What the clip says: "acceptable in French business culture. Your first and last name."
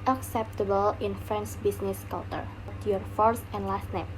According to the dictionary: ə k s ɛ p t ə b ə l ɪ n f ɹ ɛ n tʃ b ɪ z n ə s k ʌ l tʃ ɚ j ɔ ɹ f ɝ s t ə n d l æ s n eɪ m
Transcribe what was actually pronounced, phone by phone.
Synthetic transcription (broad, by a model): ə k s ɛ p t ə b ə l ɪ n f ɹ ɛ n s b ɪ s n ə s k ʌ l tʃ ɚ j ɔ ɹ f ɝ s t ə n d l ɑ s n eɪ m